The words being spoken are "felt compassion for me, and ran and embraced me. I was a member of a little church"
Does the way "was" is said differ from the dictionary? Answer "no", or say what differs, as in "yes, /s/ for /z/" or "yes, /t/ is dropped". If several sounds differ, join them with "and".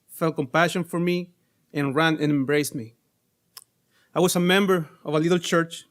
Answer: yes, /s/ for /z/